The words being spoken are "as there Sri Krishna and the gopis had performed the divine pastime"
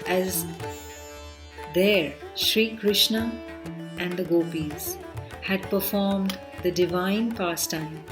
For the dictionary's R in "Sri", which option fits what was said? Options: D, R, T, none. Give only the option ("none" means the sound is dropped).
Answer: R